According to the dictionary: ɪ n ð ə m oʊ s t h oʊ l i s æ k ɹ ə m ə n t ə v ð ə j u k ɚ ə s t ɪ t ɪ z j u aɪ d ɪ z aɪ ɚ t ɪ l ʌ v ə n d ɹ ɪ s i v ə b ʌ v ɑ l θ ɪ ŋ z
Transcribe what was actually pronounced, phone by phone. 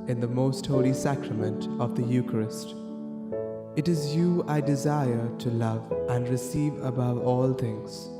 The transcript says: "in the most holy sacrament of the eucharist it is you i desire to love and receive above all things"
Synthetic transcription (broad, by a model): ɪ n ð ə m oʊ s t h oʊ l i s æ k ɹ ə m ə n t ə v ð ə j u k ɚ ə s t ɪ t ɪ z j u aɪ d ɪ z aɪ ɚ t ɪ l ʌ v ə n d ɹ ɪ s i v ə b ʌ v ɑ l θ ɪ ŋ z